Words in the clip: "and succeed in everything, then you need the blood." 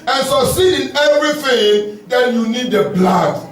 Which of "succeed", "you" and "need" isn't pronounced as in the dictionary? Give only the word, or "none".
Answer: succeed